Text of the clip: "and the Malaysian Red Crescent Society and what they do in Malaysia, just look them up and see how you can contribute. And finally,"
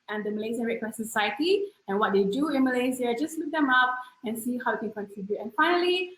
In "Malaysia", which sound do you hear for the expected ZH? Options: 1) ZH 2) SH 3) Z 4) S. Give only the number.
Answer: 3